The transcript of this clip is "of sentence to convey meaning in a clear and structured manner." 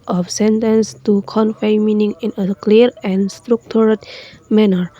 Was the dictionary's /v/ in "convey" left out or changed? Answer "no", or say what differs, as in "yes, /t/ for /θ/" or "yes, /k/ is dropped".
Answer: yes, /f/ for /v/